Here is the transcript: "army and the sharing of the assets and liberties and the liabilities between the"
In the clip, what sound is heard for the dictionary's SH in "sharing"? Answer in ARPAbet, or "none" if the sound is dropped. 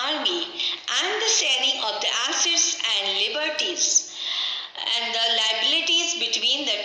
S